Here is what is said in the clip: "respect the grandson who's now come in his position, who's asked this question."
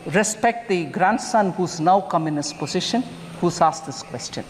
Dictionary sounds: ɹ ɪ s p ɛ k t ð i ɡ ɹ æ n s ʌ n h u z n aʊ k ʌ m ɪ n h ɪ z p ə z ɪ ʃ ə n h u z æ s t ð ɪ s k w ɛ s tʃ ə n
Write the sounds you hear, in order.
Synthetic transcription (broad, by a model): ɹ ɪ s p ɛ k t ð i ɡ ɹ æ n s ʌ n h u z n aʊ k ʌ m ɪ n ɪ s p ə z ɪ ʃ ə n h u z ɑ s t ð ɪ s k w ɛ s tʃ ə n